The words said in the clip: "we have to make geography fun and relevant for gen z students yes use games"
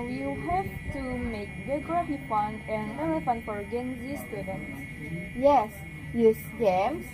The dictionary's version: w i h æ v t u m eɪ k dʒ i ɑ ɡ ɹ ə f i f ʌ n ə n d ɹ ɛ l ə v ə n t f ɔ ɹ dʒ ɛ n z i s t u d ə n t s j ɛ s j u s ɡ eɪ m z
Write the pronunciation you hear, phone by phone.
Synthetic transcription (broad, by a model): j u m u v t u m eɪ k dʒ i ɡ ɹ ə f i p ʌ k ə n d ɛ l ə f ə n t f ɔ ɹ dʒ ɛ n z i s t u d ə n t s j ɛ s j u s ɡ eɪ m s